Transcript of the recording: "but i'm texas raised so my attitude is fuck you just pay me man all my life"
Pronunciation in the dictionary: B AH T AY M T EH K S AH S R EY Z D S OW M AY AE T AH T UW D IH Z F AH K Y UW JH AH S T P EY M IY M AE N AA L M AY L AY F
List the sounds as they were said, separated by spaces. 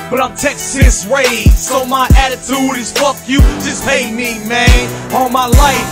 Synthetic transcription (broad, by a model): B AH T AY M T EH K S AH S W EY S OW M AY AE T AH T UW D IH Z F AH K Y UW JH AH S P EY M IY M AE N AA L M AY L AY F